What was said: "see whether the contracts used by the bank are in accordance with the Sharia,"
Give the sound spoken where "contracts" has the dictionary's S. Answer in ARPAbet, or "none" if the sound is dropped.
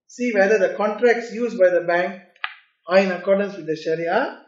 S